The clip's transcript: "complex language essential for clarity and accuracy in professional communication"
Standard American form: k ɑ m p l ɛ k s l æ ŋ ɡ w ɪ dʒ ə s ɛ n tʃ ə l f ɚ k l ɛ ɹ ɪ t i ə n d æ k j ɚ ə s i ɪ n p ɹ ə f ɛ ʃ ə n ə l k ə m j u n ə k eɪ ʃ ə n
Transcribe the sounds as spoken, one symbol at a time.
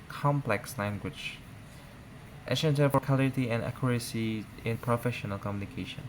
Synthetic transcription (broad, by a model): k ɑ m p l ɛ k s l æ ŋ ɡ w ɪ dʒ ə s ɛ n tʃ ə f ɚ k ɑ l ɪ t i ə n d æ k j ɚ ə s i ɪ n p ɹ ə f ɛ ʃ ə n ə l k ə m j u n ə k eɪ ʃ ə n